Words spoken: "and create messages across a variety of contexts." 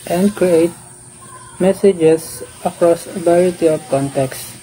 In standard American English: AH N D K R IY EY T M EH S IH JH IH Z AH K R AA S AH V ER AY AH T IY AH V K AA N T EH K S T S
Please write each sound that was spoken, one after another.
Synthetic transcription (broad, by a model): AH N D K R IY EY T M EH S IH JH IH S AH K R AA S AH B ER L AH T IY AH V K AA N T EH K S S